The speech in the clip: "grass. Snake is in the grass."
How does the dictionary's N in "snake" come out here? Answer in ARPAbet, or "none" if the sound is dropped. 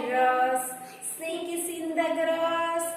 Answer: none